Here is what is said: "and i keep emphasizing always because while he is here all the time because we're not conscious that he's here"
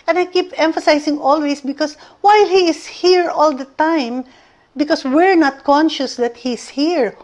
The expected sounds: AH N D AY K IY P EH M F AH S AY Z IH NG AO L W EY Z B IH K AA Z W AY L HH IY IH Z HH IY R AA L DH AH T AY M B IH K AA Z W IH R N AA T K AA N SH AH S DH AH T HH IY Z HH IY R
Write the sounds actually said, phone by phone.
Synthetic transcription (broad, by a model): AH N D AY K IY P EH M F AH S AY S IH NG AO L W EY S B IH K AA S W AY L HH IY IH S HH IY R AA L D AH T AY M B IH K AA S W IH R N AA T K AA N SH AH S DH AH T HH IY S HH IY R